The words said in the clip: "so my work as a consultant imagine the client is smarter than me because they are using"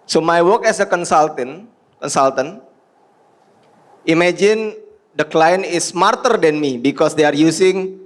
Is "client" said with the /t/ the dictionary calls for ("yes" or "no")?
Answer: no